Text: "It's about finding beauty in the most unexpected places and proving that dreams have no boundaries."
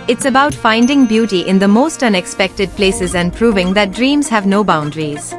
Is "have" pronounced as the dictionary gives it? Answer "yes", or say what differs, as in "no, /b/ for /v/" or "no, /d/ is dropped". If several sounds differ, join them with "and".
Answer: yes